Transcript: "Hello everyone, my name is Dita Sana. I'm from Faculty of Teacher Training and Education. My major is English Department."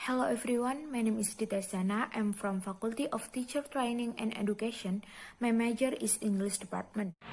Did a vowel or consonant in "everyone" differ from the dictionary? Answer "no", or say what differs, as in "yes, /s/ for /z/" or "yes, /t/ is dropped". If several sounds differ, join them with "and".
yes, /f/ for /v/